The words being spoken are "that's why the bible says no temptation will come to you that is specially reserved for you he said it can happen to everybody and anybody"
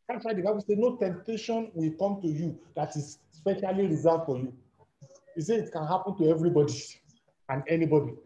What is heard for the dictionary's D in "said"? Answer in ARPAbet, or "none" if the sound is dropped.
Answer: none